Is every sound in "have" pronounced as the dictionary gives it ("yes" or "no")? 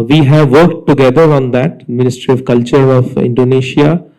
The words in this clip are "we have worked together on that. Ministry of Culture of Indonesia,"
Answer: yes